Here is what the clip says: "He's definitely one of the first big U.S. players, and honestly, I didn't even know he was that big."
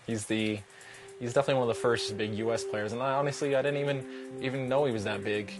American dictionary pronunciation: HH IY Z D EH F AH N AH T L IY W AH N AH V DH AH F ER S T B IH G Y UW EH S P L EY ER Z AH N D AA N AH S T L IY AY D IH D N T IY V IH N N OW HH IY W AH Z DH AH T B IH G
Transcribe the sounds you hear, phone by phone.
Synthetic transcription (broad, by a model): HH IY Z D EH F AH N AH T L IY W AH N AH V DH AH F ER S T B IH G Y UW EH S P L EY ER Z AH N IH AA N AH S T L IY AY D IH D N T IY V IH N N OW HH IY W AH Z DH AH T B IH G